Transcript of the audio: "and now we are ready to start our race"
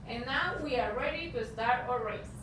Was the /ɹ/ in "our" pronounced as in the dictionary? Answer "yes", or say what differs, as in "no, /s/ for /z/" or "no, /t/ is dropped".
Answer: yes